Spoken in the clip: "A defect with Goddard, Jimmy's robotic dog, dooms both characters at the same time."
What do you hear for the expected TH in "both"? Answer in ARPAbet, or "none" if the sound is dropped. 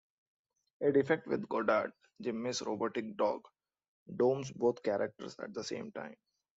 T